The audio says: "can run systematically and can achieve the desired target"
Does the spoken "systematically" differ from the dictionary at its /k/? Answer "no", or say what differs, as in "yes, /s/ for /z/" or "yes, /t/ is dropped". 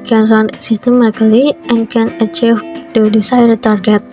yes, /k/ is dropped